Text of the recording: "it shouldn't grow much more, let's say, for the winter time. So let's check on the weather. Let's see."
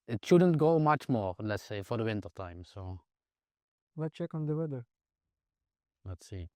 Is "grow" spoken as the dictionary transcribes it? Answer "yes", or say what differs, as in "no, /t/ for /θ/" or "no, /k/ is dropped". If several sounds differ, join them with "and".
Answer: no, /ɹ/ is dropped